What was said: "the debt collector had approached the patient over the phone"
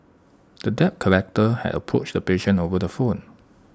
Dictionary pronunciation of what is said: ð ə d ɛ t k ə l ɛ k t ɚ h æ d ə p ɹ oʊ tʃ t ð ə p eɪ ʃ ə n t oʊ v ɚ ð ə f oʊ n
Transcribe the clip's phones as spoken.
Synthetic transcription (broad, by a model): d ə d ɛ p k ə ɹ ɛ k t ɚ h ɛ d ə p ɹ oʊ tʃ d ə p eɪ ʃ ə n oʊ v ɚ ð ə f oʊ n